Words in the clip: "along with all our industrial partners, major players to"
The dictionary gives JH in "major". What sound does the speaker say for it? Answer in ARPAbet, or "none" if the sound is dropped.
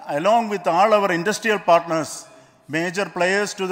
JH